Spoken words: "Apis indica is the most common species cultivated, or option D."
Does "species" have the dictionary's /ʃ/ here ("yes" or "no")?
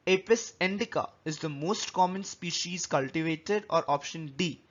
yes